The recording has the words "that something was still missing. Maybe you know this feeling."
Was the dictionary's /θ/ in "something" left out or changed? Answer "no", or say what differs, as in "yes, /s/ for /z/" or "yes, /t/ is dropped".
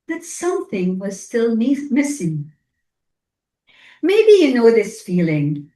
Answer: no